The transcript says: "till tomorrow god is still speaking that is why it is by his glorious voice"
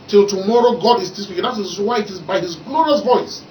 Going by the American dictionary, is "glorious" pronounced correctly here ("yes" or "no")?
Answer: yes